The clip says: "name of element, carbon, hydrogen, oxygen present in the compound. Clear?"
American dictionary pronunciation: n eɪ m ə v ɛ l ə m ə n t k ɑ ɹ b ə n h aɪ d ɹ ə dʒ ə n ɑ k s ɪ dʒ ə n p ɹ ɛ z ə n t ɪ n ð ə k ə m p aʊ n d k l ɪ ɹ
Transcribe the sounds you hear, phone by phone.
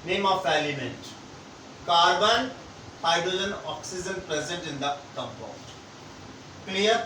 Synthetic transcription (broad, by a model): n eɪ m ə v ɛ l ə m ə n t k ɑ ɹ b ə n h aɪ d ə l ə n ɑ k s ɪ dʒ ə n p ɹ ɛ z ə n t ɪ n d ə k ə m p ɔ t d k l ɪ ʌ